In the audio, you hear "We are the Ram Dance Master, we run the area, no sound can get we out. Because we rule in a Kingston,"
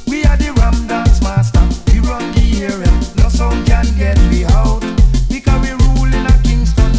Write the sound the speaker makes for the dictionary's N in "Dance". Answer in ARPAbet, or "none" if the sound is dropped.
none